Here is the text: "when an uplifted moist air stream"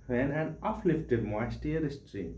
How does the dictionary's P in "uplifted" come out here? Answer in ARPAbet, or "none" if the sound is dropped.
F